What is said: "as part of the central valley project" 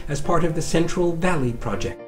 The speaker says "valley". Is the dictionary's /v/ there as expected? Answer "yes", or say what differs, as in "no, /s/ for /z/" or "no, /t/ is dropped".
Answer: yes